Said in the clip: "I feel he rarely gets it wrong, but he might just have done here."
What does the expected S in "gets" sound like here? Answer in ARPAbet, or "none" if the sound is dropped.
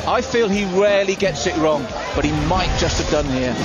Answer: S